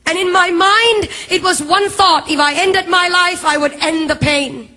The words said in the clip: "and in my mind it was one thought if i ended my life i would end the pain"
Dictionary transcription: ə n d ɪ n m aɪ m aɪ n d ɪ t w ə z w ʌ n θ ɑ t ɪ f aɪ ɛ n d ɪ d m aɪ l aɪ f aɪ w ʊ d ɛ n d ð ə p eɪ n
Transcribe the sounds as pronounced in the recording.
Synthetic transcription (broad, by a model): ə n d ɪ n m aɪ m aɪ n d ɪ t w ə z w ʌ n θ ɑ t ɪ f aɪ ɛ n d ɪ d m aɪ l aɪ f aɪ w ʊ d ɛ n ð ə p eɪ n